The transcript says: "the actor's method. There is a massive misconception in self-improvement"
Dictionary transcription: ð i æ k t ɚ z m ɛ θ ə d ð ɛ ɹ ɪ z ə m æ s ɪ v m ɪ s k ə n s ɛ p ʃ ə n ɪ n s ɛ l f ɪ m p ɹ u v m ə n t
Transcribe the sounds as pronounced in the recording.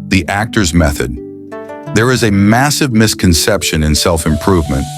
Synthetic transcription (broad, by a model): ð i æ k t ɚ z m ɛ θ ə d ð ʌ ɹ ɪ z ə m æ s ɪ v m ɪ s k ə n s ɛ p ʃ ə n ɪ n s ɛ l f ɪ m p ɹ u v m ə n t